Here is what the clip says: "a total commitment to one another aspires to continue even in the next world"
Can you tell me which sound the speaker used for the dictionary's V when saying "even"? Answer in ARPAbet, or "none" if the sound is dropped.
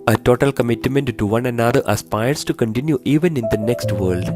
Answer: V